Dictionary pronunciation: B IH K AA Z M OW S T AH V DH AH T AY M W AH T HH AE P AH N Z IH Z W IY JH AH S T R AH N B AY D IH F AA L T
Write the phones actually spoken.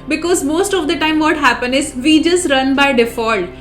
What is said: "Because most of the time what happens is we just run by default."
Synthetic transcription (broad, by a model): B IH K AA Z M OW S T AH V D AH T AY M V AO T HH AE P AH N IH Z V IY JH AH S T R AH N B AY D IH F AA L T